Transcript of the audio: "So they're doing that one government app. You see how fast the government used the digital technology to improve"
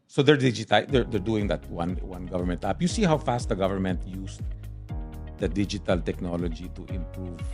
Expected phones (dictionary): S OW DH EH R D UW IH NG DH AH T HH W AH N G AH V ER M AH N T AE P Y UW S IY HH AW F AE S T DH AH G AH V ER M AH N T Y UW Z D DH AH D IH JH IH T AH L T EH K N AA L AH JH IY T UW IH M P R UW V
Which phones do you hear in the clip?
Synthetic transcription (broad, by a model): S OW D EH R D UW IH NG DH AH T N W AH N G AH V ER M AH N T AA P Y UW S IY HH AW F AE S T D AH G AH V ER M AH N T Y UW S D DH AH D IH JH IH T AH L T EH K N AA L AH JH IY T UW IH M P R UW V